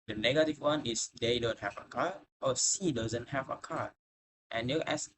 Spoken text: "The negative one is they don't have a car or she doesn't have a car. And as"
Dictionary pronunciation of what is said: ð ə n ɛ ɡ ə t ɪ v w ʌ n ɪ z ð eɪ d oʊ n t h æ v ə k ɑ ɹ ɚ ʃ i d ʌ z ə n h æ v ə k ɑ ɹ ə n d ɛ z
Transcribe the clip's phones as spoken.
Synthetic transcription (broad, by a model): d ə n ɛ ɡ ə t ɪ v w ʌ n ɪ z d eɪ d oʊ n t h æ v ə k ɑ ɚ s i d ʌ z ə n h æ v ə k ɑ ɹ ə n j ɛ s